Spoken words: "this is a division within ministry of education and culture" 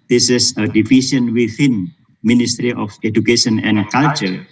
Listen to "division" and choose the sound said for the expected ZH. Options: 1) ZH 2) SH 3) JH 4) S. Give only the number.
4